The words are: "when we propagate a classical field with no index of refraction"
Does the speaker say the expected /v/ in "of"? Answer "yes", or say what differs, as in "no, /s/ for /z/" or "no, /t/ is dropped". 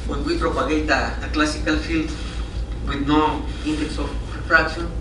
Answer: no, /p/ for /v/